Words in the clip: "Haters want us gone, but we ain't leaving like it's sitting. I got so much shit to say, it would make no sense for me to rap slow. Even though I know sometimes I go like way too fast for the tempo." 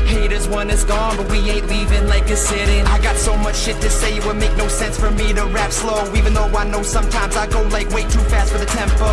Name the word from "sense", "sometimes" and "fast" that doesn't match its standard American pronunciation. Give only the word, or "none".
none